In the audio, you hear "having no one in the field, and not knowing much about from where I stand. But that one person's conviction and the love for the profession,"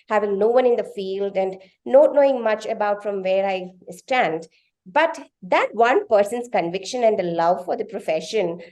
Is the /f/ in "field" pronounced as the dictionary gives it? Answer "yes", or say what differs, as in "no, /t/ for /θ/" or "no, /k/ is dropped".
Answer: yes